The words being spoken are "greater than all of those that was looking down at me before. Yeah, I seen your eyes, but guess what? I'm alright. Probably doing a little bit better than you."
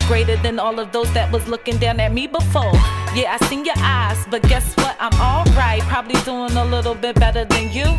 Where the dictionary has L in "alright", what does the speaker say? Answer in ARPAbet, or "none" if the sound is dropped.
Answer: L